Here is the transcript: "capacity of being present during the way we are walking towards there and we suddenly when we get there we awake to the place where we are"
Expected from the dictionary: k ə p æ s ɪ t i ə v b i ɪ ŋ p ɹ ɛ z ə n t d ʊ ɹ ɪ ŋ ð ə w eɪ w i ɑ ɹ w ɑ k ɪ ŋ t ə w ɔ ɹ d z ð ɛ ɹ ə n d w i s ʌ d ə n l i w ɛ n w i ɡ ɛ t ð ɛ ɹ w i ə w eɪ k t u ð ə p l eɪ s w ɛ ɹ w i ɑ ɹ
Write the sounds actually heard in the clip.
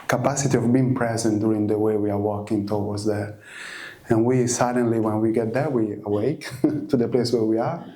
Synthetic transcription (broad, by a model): k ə p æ s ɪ t i ə v b i ɪ ŋ p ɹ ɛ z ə n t d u ɹ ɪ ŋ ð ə w eɪ w i ɑ ɹ w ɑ k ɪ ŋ t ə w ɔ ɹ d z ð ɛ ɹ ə n w i s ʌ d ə n l i w ɛ n w i ɡ ɛ t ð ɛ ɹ w i ə w eɪ k t u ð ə p l eɪ s w ɛ ɹ w i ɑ ɹ